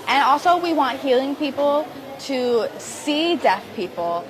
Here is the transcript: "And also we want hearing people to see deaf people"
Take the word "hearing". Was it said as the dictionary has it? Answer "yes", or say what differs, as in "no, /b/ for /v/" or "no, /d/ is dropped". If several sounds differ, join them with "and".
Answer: no, /l/ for /ɹ/